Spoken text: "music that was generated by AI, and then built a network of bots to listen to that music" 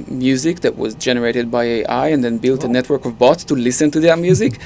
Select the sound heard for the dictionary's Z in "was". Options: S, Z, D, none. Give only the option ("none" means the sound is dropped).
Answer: Z